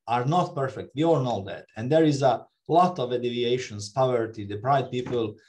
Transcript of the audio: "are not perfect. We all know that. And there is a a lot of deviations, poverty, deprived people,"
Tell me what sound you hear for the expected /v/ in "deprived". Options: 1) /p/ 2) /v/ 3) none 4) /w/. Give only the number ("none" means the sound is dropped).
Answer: 3